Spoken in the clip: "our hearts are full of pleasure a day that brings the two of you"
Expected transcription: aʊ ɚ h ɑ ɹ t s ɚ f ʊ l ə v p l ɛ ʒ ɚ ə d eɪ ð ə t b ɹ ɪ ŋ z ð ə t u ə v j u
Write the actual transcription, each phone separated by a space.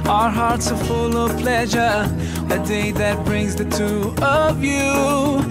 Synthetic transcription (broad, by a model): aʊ ɚ h ɑ ɹ t s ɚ f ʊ l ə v p l ɛ ʒ ɚ ə d eɪ ð ə t b ɹ ɪ ŋ z ð ə t u ə v j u